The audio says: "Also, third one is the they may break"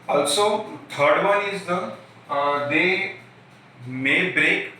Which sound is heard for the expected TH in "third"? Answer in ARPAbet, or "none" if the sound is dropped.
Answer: T